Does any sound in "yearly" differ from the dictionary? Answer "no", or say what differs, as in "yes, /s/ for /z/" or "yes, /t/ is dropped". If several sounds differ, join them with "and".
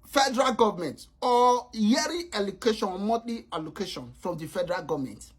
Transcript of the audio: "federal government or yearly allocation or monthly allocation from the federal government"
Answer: yes, /l/ is dropped